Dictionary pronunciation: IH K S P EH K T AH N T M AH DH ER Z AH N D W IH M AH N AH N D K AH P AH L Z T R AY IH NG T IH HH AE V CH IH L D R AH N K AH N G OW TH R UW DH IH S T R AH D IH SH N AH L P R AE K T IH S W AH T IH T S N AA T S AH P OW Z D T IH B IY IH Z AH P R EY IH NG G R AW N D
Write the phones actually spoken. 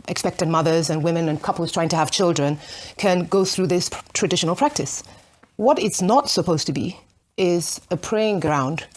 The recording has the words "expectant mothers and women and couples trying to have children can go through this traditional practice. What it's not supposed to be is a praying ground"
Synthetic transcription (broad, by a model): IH K S P EH K T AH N M AH DH ER Z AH N W IH M AH N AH N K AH P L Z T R AY IH NG T IH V CH IH L D R AH N K AH N G OW TH R UW DH IH S T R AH D IH SH N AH L P R AE K T IH S W AH T IH T S N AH T S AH P OW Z T IH B IY IH Z AH P R EY IH NG G R AW N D